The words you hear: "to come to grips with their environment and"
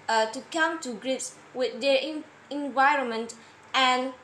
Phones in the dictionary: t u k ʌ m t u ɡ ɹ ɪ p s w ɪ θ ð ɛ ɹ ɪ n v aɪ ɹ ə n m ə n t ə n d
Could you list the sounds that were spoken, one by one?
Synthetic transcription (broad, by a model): t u k ʌ m t u ɡ ɹ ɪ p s w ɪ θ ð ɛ ɹ ɪ n v aɪ ɹ ə n m ə n t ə n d